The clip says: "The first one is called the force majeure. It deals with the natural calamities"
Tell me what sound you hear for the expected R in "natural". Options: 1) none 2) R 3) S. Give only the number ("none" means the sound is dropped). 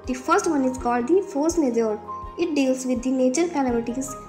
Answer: 1